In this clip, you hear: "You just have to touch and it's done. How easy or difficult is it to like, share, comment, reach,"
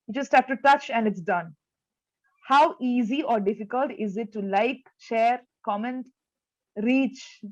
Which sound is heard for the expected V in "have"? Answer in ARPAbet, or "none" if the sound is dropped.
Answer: P